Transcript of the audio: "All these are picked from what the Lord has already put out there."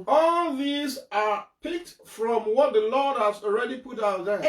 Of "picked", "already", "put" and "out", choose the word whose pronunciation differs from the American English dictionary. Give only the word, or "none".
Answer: none